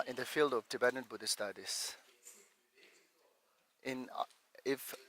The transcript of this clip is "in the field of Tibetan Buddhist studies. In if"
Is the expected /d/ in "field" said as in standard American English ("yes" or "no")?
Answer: yes